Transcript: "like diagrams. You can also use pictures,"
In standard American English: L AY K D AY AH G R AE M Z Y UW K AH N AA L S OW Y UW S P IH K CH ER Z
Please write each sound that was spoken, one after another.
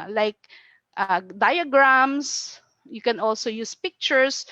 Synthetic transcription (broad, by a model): L AY K D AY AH G R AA M S Y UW K AH N AA L S OW Y UW S P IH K CH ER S